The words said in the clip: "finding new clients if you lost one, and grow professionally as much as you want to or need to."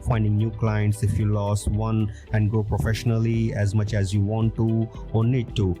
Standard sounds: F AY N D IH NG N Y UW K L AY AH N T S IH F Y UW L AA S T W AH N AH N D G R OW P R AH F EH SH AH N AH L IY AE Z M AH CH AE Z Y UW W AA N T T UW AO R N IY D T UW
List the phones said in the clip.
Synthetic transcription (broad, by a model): F AY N D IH NG N Y UW K L AY AH N T S IH F Y UW L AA S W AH N AH N D G OW P R AH F EH SH AH N AH L IY AE Z M AH CH AE Z Y UW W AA N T T UW AO R N IY D T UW